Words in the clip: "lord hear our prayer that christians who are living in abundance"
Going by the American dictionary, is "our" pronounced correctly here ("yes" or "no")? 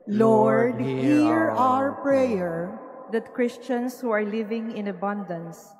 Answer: yes